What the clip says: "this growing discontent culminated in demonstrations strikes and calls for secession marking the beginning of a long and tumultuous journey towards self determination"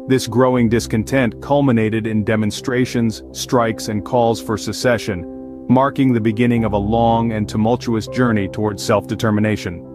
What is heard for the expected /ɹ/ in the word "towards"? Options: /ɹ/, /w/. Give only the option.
/ɹ/